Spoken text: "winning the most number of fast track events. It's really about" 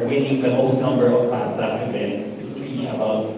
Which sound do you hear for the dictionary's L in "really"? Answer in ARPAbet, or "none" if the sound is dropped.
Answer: none